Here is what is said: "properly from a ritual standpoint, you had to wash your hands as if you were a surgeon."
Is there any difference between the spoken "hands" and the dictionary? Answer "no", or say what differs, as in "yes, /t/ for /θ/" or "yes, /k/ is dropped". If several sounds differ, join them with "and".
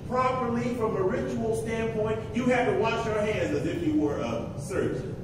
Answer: no